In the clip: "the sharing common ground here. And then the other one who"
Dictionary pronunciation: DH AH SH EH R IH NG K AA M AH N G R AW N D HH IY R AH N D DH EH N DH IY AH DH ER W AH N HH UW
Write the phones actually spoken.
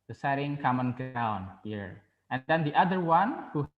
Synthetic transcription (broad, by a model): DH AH S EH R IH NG K AA M AH N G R AW N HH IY R AH N D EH N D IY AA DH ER W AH N HH UW